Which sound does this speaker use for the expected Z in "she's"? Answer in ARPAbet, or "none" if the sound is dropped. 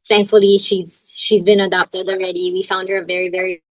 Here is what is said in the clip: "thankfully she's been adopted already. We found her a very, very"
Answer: Z